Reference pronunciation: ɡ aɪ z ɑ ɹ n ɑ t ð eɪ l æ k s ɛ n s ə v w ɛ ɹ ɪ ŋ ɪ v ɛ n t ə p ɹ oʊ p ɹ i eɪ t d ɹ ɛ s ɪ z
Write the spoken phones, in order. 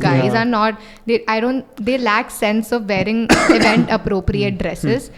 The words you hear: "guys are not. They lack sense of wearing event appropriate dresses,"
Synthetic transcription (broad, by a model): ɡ aɪ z ɑ ɹ n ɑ t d eɪ l æ k s ɛ n s ə v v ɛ ɹ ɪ ŋ ɪ v ɛ n t ə p ɹ oʊ p ɹ i eɪ t d ɹ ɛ s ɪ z